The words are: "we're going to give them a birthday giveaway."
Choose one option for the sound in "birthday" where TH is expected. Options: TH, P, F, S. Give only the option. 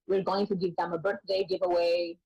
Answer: TH